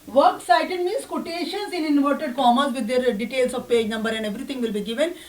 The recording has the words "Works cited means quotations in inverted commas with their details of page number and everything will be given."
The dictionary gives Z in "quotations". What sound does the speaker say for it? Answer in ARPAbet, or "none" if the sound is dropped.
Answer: S